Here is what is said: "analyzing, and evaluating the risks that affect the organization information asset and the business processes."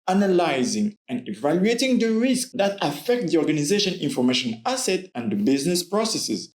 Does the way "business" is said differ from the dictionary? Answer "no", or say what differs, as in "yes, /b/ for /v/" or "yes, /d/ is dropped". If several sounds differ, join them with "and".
no